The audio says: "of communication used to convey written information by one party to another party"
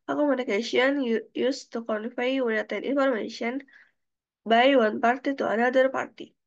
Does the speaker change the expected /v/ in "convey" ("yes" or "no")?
yes